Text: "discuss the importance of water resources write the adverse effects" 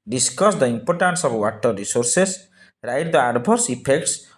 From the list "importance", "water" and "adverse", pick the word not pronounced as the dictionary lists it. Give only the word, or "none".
adverse